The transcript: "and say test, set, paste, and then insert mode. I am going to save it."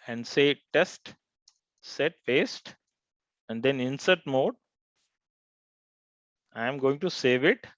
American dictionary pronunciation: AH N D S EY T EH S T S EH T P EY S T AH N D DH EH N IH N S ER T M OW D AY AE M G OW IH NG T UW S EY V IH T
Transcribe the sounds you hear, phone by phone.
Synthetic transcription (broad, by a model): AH N D S EY T EH S T S EH T F EY S T AH N D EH N IH N S ER T M OW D AY M G OW IH NG T UW S EY V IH T